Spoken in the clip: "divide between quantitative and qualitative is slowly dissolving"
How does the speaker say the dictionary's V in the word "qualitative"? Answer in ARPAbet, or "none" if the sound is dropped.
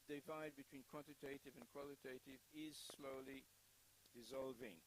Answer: V